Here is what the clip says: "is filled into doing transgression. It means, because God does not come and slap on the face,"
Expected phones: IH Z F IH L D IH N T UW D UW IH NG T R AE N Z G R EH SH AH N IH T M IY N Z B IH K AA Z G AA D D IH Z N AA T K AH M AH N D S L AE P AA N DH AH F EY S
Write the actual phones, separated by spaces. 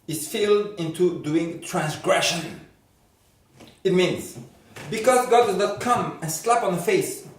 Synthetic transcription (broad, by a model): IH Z F IH L D IH N T UW D UW IH NG T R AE N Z G R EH SH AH N IH T M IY N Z B IH K AA Z G AA D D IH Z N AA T K AH M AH N S L AE P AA N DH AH F EY S